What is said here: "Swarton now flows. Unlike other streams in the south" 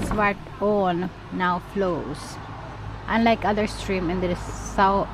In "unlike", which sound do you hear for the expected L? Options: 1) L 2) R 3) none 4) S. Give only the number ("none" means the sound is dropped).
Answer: 1